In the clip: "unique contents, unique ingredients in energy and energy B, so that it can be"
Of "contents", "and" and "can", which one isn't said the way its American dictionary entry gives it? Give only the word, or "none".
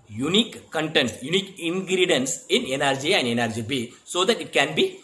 contents